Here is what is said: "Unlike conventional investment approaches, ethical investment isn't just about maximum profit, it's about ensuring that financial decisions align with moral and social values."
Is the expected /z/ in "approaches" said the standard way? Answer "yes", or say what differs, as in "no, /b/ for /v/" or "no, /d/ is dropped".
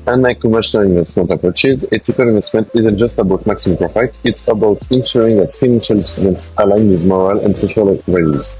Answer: yes